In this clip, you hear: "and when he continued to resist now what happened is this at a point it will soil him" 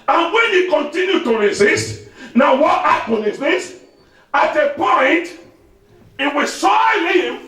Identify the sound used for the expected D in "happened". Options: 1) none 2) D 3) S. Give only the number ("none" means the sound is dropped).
1